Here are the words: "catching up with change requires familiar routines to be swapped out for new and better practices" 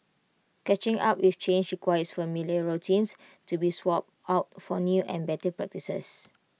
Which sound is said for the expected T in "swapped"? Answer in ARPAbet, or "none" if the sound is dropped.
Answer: none